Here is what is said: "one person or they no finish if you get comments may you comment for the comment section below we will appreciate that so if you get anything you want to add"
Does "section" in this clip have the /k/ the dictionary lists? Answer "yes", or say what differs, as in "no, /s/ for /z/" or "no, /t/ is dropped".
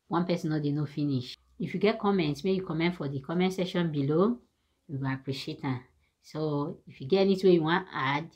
no, /k/ is dropped